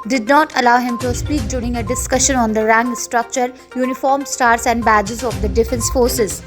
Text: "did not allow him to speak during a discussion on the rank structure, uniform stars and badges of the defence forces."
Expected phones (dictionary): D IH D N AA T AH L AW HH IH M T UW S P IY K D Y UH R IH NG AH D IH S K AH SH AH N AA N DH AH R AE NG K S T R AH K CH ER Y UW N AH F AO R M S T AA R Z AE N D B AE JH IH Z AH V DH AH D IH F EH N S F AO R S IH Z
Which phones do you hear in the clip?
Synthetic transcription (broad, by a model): D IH D N AA T AH L AW HH IH M T UW S P IY K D Y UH R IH NG AH D IH S K AH SH AH N AA N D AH R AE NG S T R AH K CH ER Y UW N AH F AO R M S T AA R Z AE N D B AE JH IH Z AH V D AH D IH F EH N S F AO R S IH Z